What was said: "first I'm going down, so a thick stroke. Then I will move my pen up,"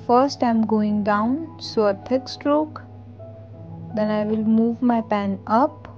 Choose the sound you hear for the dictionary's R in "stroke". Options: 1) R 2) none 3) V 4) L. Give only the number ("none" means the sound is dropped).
1